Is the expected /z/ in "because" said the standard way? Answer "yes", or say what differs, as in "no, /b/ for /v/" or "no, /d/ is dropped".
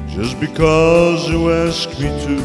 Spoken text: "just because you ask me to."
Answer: yes